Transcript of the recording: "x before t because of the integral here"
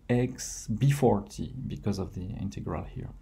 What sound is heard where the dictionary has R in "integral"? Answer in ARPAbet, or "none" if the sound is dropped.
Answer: R